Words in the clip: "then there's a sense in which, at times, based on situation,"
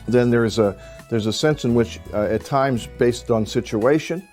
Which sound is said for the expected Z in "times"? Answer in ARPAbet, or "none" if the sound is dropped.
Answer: Z